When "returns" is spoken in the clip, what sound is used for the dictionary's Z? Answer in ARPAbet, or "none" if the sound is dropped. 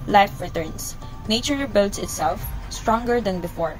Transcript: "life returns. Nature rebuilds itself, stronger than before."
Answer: S